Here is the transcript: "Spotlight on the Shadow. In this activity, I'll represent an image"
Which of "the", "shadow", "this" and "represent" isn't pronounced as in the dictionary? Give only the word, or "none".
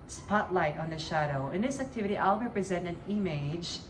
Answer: none